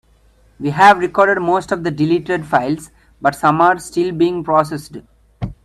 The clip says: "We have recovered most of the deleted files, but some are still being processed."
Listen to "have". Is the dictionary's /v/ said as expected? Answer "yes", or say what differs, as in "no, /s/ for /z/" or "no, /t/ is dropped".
yes